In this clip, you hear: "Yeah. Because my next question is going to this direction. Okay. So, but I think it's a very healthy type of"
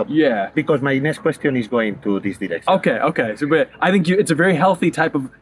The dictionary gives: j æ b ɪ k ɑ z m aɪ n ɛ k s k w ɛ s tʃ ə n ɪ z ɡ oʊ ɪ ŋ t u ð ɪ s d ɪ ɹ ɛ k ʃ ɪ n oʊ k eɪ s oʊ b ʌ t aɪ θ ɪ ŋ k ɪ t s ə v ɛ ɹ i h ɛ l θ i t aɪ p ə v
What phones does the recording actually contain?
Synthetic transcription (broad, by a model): j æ b ɪ k ɑ z m aɪ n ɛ s k w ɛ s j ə n ɪ z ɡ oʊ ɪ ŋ t u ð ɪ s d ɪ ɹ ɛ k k ɪ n oʊ k eɪ s oʊ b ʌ t aɪ θ ɪ ŋ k ɪ t s ə v ɛ ɹ i h ɛ l θ i t aɪ p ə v